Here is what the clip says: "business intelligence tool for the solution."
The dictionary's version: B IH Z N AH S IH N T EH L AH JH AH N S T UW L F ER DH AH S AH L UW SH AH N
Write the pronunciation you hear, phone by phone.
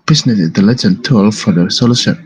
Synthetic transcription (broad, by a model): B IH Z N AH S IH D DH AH L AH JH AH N T UW L F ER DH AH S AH L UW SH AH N